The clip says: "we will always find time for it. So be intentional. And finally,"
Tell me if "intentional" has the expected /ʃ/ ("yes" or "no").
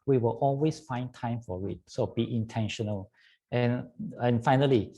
yes